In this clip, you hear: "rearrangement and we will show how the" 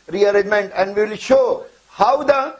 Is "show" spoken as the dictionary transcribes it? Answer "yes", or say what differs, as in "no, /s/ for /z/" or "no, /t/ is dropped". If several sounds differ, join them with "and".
yes